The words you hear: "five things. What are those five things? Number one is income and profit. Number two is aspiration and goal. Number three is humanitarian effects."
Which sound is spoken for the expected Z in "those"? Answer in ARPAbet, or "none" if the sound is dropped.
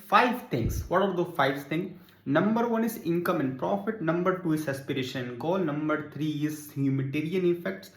none